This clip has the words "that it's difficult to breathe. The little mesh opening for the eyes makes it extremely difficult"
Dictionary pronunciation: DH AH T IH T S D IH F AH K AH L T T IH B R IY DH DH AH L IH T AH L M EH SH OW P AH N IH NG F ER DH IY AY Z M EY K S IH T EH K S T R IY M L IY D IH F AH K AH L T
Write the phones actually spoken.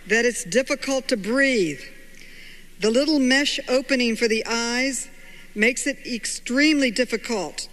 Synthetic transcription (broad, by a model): DH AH T IH T S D IH F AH K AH L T T IH B R IY DH DH AH L IH T L M EH SH OW P AH N IH NG F ER DH IY AY Z M EY K S IH T EH K S T R IY M L IY D IH F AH K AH L T